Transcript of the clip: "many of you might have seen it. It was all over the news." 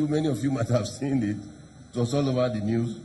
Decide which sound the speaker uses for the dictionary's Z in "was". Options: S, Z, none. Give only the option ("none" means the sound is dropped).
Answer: S